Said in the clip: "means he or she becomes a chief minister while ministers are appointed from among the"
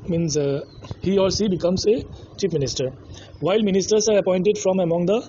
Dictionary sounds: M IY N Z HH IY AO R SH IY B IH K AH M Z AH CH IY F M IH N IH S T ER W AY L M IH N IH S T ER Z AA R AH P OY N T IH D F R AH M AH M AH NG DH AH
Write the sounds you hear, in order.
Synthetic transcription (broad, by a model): M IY N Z HH IY AO R S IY B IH K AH M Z AH CH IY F M IH N IH S T ER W AY L M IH N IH S T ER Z AA R AH P OY N T IH D F R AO M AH M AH NG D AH